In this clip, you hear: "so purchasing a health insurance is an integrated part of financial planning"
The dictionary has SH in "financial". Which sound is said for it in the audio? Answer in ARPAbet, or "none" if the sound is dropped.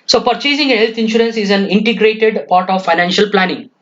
SH